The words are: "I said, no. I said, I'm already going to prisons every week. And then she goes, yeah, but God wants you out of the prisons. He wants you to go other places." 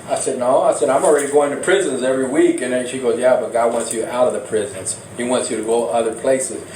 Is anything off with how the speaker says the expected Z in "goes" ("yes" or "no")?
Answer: no